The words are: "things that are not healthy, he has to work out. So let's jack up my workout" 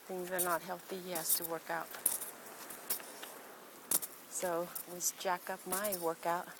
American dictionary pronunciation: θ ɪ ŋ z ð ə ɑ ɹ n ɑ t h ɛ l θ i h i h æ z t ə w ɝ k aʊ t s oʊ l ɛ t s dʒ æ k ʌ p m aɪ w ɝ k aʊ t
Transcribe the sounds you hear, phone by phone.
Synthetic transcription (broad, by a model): θ ɪ ŋ z ð ə ɹ n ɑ t h ɛ l θ i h i h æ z t ə w ɝ k aʊ t s oʊ w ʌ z dʒ æ k ʌ p m aɪ w ɝ k aʊ t